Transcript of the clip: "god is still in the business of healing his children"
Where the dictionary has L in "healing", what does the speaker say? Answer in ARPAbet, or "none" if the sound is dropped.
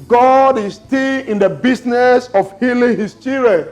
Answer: L